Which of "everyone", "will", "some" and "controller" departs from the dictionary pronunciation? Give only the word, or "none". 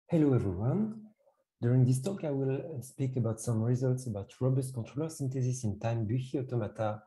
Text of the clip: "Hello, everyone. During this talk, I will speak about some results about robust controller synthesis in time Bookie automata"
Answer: none